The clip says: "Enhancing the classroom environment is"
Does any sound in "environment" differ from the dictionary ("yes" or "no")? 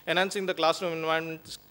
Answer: yes